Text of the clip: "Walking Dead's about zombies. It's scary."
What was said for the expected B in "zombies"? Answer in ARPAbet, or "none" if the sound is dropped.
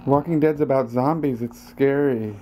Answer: B